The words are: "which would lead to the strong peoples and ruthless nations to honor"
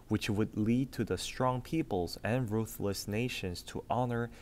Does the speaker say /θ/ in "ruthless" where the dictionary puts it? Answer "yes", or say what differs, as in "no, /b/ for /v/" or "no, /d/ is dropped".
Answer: yes